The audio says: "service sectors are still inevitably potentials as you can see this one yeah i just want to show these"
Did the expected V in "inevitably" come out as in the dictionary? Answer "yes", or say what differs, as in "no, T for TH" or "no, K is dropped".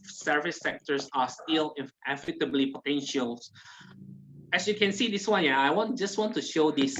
no, F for V